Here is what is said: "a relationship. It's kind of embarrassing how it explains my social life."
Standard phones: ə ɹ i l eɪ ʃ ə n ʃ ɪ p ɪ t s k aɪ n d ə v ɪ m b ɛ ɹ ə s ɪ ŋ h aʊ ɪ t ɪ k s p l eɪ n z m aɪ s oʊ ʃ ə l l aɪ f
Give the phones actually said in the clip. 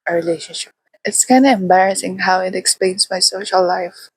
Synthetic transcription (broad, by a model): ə ɹ i l eɪ ʃ ə n ʃ ɪ p ɪ t s k aɪ n d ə ɪ m b ɛ ɹ ə s ɪ ŋ h aʊ ɪ t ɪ k s p l eɪ n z m aɪ s oʊ ʃ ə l l aɪ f